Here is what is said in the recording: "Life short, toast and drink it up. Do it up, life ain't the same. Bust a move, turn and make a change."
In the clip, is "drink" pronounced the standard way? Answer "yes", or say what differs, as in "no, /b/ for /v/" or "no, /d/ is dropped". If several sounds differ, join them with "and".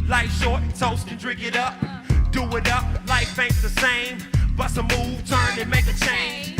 no, /ŋ/ is dropped